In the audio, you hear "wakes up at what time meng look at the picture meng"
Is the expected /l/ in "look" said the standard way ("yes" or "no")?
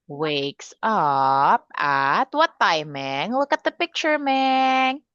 no